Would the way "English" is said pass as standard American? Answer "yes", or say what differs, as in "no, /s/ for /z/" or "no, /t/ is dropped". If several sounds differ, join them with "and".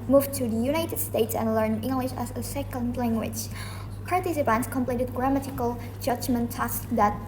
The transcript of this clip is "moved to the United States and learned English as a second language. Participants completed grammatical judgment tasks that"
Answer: yes